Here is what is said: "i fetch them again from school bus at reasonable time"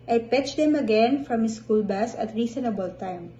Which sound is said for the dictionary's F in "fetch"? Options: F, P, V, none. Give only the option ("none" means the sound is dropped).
P